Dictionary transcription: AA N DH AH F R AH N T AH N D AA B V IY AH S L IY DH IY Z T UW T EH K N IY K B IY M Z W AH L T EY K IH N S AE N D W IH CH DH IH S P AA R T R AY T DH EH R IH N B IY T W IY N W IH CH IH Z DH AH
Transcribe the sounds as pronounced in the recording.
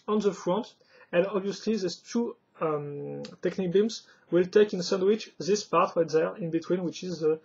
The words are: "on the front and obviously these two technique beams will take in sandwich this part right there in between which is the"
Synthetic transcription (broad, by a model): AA N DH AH F R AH N T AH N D AA B V IY AH S L IY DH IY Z T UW T EH K N IY K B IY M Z W AH L T EY K IH N S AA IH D W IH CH DH IH S P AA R T W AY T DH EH R IH N B IY T W IY N W IH CH IH Z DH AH